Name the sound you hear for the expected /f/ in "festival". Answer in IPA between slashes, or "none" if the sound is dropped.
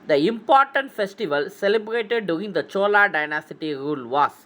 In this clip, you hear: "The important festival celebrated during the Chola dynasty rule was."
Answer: /f/